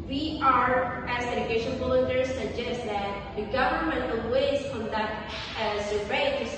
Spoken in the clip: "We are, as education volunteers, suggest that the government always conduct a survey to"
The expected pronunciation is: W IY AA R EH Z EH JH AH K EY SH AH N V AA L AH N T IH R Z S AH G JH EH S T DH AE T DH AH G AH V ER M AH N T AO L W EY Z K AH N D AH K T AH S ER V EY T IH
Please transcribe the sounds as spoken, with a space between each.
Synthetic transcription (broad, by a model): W IY AA R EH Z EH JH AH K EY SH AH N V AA L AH T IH R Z S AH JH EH S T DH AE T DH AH G AH V ER M AH N T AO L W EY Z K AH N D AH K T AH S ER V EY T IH